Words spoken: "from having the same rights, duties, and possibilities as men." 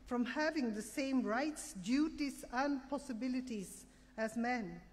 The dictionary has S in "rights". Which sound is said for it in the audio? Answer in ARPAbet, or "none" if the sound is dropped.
S